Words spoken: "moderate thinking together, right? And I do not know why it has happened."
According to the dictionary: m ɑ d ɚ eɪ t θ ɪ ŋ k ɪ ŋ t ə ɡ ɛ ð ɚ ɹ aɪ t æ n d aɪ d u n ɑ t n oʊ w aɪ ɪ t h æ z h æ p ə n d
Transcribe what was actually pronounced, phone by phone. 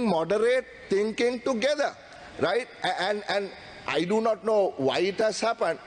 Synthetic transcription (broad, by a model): m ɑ d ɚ eɪ t t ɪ ŋ k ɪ ŋ t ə ɡ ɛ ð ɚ ɹ aɪ t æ n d aɪ d u n ɑ t n oʊ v aɪ ɪ t h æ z h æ p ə n d